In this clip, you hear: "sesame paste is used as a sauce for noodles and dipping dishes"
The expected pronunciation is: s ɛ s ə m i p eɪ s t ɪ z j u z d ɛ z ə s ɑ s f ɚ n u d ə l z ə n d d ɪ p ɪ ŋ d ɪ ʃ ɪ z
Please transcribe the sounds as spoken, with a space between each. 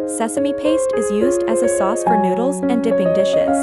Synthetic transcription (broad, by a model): s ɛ s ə m i p eɪ s t ɪ z j u z d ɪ z ə s ɑ s f ɚ n u d l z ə n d d ɪ p ɪ ŋ d ɪ ʃ ɪ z